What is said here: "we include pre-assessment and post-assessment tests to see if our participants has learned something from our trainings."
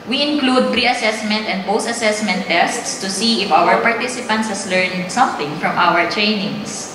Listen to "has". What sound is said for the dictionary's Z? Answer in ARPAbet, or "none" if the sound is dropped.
S